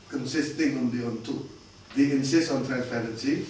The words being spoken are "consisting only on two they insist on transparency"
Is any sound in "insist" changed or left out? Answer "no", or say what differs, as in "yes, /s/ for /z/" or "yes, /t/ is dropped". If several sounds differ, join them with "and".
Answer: yes, /t/ is dropped